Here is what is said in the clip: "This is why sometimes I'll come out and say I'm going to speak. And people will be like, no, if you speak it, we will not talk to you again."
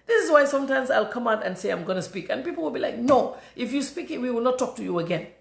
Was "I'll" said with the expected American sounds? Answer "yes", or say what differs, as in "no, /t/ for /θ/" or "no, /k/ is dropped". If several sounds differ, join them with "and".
yes